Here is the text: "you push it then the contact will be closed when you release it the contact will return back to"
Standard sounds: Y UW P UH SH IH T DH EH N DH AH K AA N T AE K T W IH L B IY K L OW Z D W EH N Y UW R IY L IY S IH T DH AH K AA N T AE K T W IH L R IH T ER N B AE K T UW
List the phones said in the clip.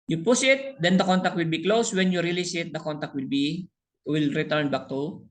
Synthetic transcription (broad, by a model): Y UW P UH S IH T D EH N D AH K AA N T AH K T W IH L B IY K L OW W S W EH N Y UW R IY L IY S IH T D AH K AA N T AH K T W IH L R IH T ER N B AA K T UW